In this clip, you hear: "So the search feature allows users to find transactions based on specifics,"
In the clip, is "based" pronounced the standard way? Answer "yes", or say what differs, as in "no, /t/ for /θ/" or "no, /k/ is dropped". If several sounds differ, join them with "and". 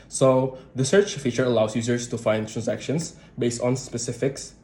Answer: yes